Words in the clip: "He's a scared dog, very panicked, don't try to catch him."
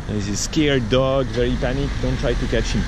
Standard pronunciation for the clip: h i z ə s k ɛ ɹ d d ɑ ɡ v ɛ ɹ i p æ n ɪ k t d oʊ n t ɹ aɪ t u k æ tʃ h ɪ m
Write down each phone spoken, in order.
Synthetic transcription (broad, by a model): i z ə s k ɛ ɹ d d ɑ ɡ v ɛ ɹ i p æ n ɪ k d oʊ n t ɹ aɪ t u k æ tʃ h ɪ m